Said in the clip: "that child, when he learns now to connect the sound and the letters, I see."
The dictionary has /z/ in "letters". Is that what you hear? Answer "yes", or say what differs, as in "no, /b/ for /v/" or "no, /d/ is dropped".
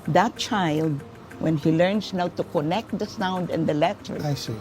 no, /z/ is dropped